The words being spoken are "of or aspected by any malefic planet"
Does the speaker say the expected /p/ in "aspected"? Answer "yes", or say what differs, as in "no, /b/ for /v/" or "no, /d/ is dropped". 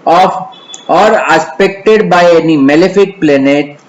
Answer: yes